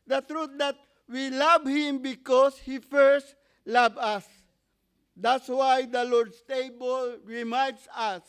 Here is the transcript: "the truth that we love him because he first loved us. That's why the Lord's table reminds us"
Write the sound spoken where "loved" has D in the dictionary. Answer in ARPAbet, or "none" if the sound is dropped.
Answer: none